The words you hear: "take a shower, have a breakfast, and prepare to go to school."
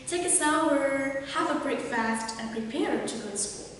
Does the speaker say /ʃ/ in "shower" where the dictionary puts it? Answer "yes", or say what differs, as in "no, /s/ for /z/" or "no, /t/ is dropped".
no, /s/ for /ʃ/